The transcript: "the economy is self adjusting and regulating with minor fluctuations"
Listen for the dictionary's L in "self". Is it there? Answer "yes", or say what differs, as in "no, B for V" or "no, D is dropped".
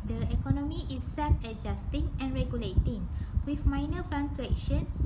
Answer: no, L is dropped